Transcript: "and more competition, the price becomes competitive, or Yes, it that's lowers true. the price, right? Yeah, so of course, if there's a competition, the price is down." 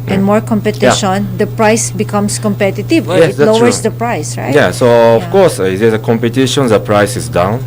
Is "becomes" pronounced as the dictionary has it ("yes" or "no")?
no